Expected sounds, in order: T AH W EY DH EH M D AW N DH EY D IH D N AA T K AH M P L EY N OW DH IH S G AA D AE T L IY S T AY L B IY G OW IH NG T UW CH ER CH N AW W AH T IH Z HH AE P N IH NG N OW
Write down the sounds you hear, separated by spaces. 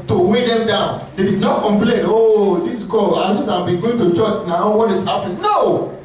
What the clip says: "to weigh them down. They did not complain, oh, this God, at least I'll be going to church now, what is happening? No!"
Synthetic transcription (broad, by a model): T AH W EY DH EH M D AW N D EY D IH D N AA T K AH M P L EY N OW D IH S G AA AA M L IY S AY B IY G OW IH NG T UW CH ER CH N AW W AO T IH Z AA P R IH N OW